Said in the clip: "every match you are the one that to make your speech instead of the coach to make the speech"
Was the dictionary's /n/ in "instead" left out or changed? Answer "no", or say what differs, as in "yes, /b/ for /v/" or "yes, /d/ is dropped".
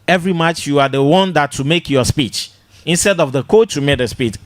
no